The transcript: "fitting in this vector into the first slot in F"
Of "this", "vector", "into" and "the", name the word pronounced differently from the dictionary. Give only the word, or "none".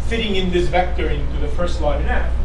none